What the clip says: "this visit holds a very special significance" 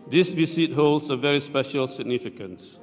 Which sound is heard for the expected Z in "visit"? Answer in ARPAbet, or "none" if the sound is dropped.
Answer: S